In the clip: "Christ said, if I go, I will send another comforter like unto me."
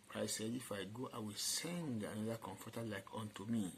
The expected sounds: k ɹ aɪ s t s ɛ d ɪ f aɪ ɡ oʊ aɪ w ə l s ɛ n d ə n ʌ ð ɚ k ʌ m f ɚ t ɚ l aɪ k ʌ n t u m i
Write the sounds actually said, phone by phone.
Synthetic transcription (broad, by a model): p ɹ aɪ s s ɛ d ɪ f aɪ ɡ oʊ aɪ w ə l s ɛ n d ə n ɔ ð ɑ k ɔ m f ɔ t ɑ l aɪ k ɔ n t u m i